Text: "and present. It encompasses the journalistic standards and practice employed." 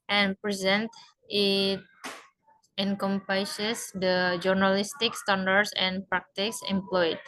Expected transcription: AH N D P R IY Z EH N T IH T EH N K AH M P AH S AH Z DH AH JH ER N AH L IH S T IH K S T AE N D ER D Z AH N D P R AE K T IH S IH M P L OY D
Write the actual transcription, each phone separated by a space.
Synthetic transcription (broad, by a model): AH N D P R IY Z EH N T IH T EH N K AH M P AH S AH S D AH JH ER N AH L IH S T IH K S T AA N D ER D S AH N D P R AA K T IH S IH M P L OY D